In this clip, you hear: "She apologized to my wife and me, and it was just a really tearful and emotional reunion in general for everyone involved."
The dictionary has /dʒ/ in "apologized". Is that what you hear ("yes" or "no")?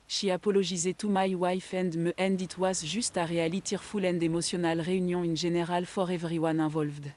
no